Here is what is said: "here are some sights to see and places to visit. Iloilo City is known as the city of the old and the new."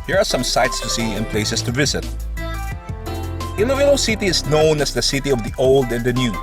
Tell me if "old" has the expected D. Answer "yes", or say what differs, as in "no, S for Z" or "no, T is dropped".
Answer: yes